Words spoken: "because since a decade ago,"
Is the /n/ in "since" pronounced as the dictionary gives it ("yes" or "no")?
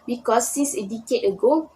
no